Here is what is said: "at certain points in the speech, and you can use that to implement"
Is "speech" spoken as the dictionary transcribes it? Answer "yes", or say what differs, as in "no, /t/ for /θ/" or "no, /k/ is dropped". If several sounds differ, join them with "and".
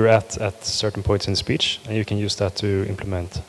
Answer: yes